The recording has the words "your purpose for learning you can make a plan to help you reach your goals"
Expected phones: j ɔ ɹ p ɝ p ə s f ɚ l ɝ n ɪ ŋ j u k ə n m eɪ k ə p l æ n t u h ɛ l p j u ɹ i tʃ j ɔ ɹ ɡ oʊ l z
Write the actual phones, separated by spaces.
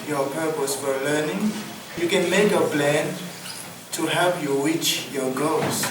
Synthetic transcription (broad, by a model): j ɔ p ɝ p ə s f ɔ l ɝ n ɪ ŋ j u k ə n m eɪ k ə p l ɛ n t u h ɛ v j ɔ w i tʃ j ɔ ɡ oʊ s